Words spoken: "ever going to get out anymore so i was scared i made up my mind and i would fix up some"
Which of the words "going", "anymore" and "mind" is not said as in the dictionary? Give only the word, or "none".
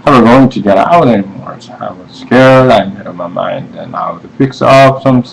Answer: none